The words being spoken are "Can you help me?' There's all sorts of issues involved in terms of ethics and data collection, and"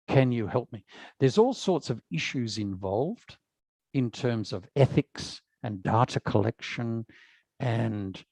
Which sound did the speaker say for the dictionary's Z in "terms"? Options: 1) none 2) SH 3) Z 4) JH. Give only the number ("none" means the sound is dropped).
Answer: 3